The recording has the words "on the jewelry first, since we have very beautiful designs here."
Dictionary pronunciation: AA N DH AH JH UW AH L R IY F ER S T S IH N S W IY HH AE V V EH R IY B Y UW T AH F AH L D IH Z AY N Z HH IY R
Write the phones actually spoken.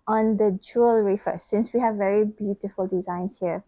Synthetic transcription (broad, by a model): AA N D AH JH UW AH L R IY F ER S S IH N S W IY HH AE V V EH R IY B Y UW T AH F AH L D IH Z AY N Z HH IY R